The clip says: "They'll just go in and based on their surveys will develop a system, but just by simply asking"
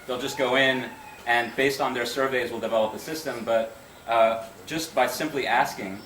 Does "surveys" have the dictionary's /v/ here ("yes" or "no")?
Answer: yes